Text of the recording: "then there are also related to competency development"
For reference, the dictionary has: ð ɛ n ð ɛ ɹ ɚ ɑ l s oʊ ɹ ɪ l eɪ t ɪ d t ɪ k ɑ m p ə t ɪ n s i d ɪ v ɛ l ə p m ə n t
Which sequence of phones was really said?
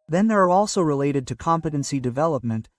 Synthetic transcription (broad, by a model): ð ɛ n ð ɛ ɹ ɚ ɑ l s oʊ ɹ ɪ l eɪ t ɪ d t ɪ k ɑ m p ə t ɪ n s i d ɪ v ɛ l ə p m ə n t